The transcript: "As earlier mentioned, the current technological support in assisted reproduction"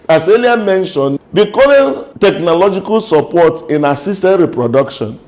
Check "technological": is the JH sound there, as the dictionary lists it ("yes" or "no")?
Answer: yes